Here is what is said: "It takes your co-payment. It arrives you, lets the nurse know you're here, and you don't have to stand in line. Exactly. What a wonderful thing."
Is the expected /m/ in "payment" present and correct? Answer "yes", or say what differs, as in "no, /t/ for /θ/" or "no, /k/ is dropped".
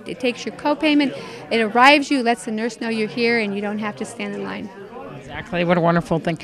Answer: yes